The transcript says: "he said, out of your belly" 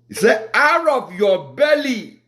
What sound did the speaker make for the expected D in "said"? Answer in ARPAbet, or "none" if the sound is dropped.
none